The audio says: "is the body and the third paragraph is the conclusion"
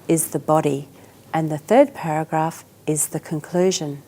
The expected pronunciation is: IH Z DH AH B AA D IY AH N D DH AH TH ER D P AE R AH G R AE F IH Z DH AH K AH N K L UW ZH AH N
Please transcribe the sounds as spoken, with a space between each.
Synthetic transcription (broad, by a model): IH Z DH AH B AA D IY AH N DH AH TH ER D P AE R AH G R AE F IH Z DH AH K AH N K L UW ZH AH N